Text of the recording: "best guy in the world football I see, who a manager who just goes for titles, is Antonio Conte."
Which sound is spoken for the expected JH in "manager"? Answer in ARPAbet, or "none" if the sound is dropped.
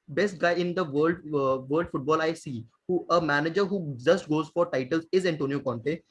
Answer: JH